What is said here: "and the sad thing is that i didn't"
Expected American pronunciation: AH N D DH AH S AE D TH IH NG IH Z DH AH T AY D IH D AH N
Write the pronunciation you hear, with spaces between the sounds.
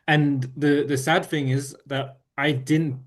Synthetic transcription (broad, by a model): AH N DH DH AH S AE D TH IH NG IH Z DH AH T AY D IH D N